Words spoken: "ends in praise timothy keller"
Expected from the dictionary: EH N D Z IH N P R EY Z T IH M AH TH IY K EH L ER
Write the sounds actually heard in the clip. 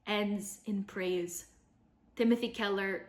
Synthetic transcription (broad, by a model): EH N D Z IH N P R EY Z T IH M AH TH IY K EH L ER